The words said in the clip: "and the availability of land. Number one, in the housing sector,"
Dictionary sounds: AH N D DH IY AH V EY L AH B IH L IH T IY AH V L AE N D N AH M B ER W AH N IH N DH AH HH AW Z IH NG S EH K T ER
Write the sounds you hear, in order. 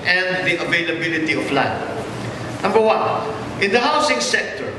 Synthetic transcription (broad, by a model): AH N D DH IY AH V EY L AH B IH L IH T IY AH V L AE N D N AH M B ER W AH N IH N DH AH HH AW S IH NG S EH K T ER